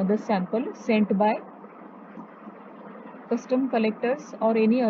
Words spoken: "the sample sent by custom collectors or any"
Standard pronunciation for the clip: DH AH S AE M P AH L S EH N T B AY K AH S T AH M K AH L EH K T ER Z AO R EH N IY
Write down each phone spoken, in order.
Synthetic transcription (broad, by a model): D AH S AE M P AH L S EH N T B AY K AH S T AH M K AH L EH K T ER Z AO R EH N IY